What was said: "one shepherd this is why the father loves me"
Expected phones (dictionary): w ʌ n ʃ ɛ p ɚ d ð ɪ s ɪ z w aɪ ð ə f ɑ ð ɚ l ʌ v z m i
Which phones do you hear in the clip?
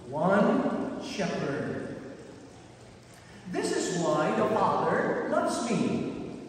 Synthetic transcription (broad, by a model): w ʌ n ʃ ɛ p ɚ d ð ɪ s ɪ z w aɪ ð ə f ɑ ð ɚ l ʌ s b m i